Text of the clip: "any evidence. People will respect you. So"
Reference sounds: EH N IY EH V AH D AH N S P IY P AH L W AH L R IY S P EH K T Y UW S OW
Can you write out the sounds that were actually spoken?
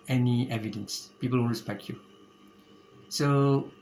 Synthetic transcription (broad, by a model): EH N IY EH V AH D AH N S P IY P AH L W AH N R IY S P EH K T Y UW S OW